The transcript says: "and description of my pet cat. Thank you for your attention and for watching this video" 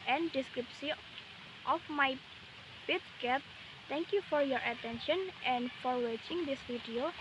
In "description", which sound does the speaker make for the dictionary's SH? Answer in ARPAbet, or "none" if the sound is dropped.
S